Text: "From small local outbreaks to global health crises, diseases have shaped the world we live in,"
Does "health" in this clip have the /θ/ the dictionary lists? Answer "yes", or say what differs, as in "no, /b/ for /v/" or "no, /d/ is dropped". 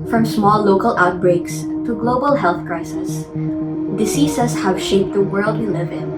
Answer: yes